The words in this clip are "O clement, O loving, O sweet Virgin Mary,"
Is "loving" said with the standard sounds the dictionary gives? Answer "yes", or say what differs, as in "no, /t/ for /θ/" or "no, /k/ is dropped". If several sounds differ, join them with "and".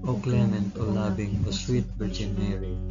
no, /b/ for /v/